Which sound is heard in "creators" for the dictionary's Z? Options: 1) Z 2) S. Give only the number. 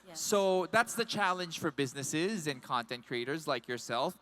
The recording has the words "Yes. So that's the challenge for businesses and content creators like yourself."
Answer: 1